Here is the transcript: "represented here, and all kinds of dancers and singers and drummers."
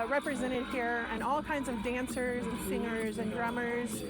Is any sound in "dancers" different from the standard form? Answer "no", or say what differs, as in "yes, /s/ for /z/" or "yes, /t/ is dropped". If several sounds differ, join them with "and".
no